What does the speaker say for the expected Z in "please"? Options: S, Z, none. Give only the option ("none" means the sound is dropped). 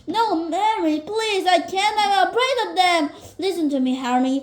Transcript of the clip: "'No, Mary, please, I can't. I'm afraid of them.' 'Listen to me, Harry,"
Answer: Z